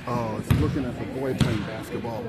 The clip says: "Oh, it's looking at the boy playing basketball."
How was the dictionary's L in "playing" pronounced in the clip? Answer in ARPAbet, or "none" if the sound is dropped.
none